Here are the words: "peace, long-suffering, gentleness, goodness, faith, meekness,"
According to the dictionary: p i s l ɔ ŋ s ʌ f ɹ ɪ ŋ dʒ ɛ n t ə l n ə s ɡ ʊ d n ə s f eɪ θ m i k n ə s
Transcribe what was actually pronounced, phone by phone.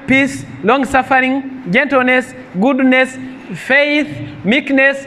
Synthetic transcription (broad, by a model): p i s l ɔ ŋ s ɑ f ɹ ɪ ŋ dʒ ɛ n t ə l n ə s ɡ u d n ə s f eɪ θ m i k n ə s